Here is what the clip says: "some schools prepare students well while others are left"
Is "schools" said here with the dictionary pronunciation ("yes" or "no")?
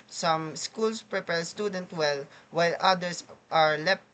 no